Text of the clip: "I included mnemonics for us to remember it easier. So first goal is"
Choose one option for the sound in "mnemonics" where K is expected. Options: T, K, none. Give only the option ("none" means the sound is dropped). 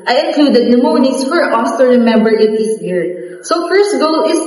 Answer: none